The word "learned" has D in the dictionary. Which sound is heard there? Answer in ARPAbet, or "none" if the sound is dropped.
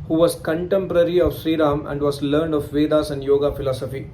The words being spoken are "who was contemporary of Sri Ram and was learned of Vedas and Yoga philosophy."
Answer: D